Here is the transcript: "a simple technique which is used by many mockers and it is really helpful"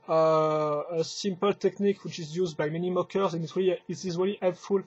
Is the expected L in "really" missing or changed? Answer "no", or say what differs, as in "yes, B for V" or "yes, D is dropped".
no